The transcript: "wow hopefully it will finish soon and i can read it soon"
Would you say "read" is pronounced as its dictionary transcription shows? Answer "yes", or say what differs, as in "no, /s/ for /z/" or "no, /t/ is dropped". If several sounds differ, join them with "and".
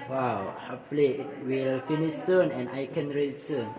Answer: no, /d/ is dropped